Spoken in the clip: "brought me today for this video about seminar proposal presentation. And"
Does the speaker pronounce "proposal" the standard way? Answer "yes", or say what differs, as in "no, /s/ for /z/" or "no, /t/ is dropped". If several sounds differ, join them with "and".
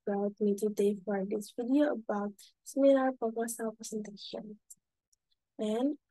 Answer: no, /ɹ/ is dropped and /s/ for /z/